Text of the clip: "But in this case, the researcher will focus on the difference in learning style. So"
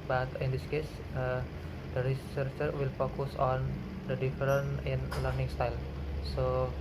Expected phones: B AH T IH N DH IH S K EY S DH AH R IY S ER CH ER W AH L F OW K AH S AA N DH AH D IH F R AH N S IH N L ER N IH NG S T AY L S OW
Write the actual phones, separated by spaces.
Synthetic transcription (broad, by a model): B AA T IH N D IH S K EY S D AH R IY S ER CH ER W AH L F OW K AH S AA N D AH D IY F R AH N IH N L ER N IH NG S T AY L S OW